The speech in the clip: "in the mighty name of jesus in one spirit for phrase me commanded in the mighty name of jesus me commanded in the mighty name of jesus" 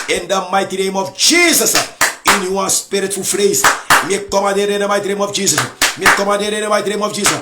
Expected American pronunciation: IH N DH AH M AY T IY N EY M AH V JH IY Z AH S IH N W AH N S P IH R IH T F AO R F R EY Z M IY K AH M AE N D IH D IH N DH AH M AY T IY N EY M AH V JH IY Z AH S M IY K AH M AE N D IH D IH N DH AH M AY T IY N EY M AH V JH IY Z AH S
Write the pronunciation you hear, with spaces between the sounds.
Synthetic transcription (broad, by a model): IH N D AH M AY T IY N EY M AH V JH IY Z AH S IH N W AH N S P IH R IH T F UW L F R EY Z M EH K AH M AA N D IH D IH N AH M AY T IY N EY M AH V JH IY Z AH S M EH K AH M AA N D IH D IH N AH M AY T IY N EY M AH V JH IY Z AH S